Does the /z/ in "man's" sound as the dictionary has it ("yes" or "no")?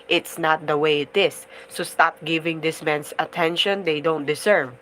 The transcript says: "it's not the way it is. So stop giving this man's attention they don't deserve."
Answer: no